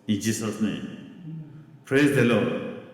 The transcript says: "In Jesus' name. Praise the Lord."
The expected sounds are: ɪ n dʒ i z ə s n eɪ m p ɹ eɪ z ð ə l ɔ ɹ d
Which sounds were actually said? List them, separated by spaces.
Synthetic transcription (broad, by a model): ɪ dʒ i s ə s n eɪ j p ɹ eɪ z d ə l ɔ